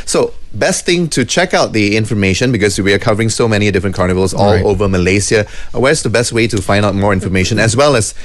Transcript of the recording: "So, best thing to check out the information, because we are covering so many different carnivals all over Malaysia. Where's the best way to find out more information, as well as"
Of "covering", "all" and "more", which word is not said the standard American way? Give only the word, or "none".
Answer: none